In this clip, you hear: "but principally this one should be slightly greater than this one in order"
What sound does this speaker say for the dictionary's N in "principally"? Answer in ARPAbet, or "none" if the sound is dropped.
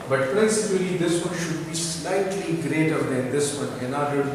none